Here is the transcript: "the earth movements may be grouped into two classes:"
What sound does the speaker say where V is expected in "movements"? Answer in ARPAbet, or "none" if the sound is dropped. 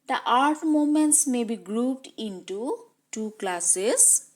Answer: none